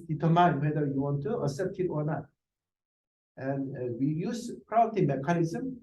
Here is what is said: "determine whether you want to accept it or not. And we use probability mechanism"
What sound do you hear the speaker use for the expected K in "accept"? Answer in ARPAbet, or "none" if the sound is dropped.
none